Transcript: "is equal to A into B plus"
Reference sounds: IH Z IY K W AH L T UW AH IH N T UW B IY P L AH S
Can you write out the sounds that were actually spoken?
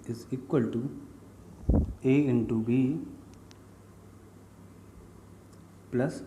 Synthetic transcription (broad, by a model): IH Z IY K W AH L T UW AH IH N T UW B IY P L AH S